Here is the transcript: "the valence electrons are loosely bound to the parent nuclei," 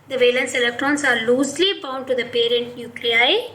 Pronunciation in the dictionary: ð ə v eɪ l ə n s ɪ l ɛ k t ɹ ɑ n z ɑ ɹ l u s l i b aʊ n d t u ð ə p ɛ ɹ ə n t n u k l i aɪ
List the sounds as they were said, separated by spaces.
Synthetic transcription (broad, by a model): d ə v eɪ l ə n s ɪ l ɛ k t ɹ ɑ n s ɑ ɹ l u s l i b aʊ n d t u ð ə p ɛ ɹ ə n t n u k l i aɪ